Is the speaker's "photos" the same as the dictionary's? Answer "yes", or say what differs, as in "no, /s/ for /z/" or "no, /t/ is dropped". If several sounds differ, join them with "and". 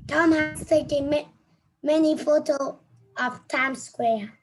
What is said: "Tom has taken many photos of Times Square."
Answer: no, /z/ is dropped